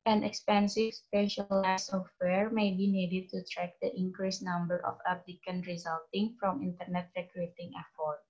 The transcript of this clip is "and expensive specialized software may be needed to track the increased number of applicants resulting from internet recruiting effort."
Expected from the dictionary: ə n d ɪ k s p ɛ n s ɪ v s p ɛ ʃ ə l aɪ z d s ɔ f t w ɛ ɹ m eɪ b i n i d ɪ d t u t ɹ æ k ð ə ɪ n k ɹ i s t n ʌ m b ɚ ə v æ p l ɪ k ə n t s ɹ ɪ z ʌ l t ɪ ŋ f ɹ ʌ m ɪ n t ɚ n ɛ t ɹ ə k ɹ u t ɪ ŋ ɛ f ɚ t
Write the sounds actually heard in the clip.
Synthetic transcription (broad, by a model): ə n ɪ k s p ɛ n s ɪ v s p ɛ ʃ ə l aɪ s ɔ f t w ɛ ɹ m eɪ b i n i d ɪ d t u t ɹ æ k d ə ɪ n k ɹ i s n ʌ m b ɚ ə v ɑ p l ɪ k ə n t ɹ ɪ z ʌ l t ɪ ŋ f ɹ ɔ m ɪ n t ɚ n ɛ t ɹ ə k ɹ u t ɪ ŋ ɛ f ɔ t